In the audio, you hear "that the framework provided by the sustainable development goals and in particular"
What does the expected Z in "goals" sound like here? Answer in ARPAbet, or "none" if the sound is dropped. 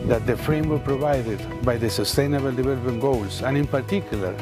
S